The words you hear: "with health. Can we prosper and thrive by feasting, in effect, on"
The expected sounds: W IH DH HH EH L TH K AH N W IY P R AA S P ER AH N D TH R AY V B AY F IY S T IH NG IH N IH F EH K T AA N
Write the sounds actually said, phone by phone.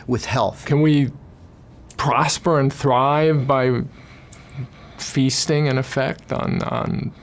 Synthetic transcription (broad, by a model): W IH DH HH EH L TH K AH N W IY P R AA S P ER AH N TH R AY V B AY F IY S T IH NG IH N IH F EH K T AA N